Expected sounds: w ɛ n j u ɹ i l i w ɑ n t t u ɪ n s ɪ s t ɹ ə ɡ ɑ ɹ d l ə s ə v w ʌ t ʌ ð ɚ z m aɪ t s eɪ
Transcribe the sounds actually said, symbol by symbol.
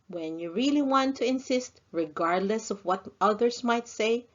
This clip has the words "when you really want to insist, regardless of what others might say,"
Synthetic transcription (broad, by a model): w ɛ n j u ɹ i l i w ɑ n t t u ɪ n s ɪ s t ɹ ə ɡ ɑ ɹ d l ə s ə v w ʌ t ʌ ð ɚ s m aɪ t s eɪ